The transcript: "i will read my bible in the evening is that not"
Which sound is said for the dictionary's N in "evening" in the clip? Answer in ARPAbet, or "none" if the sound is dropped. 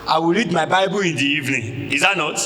N